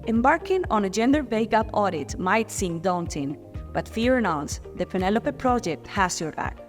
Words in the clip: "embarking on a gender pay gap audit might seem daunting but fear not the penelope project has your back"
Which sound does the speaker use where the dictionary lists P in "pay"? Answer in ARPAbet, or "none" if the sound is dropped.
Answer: B